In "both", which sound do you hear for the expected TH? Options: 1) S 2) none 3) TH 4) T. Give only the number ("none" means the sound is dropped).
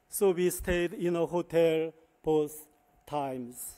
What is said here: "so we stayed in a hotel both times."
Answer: 1